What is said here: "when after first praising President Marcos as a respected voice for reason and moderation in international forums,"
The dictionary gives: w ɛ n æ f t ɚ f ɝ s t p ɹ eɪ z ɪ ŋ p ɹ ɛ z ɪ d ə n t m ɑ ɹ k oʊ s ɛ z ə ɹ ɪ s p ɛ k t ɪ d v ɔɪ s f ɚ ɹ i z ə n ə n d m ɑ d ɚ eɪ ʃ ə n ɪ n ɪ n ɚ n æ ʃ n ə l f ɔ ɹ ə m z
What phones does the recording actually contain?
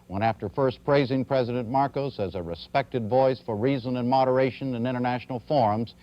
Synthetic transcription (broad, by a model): w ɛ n æ f t ɚ f ɝ s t p ɹ eɪ z ɪ ŋ p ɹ ɛ z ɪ d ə n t m ɑ ɹ k oʊ s ɛ z ə ɹ ɪ s p ɛ k t ɪ d v ɔɪ s f ɚ ɹ i z ə n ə n m ɑ d ɚ eɪ ʃ ə n ɪ n ɪ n ɚ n æ ʃ n l f ɔ ɹ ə m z